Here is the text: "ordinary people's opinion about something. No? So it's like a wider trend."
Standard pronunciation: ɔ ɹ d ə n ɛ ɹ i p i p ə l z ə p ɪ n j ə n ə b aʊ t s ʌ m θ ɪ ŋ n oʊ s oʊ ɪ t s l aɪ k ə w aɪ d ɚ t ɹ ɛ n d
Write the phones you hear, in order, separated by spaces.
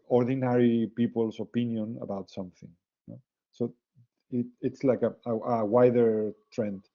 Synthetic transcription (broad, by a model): ɔ ɹ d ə n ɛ ɹ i p i p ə l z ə p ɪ n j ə n ə b aʊ t s ʌ m θ ɪ ŋ n oʊ s oʊ ɪ t s l aɪ k ə w aɪ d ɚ t ɹ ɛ n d